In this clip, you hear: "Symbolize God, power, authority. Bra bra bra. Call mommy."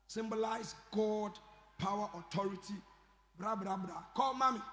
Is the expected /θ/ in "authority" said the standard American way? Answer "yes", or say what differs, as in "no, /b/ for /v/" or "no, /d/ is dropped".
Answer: no, /t/ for /θ/